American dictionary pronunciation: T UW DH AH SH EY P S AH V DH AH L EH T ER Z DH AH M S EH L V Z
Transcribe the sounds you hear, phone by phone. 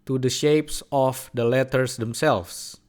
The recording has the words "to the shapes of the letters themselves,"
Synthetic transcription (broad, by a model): T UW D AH SH EY P S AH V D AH L EH T ER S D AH M S EH L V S